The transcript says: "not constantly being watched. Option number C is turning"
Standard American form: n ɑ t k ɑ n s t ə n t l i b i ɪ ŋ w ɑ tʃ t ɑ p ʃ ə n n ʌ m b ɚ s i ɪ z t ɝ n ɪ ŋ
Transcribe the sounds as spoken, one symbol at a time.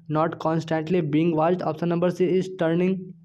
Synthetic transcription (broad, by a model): n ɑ t k ɑ n s t ə n t l i b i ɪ ŋ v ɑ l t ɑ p s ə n n ʌ m b ɚ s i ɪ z t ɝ n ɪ ŋ